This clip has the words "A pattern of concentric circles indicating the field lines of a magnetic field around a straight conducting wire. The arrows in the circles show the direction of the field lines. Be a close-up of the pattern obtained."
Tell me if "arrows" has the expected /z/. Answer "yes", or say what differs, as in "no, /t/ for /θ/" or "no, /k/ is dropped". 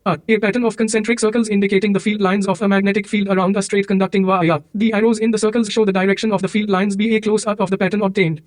yes